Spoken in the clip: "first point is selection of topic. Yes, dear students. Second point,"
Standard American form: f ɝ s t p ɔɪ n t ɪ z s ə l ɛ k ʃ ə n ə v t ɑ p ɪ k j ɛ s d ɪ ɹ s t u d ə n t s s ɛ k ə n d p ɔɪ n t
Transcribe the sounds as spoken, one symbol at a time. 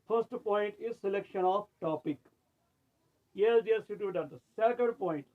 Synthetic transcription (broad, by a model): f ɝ s t p ɔɪ n t ɪ z s ə l ɛ k ʃ ə n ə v t ɑ p ɪ k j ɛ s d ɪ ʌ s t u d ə t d s ɛ k ə n d p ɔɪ n t